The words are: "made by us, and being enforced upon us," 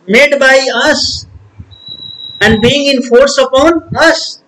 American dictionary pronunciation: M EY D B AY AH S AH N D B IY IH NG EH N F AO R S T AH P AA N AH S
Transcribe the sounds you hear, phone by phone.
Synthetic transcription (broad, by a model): M EY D B AY AH S AH N D B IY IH NG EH N F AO R S AH P AA N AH S